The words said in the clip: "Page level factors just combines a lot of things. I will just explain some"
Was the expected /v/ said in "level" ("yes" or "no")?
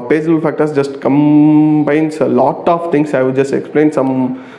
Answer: no